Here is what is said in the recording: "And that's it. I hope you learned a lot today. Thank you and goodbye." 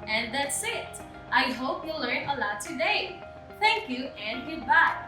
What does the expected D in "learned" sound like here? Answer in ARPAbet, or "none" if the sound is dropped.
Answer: none